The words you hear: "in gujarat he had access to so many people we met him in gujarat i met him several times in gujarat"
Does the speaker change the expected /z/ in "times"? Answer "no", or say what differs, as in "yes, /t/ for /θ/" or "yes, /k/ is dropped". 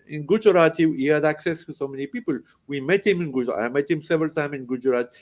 yes, /z/ is dropped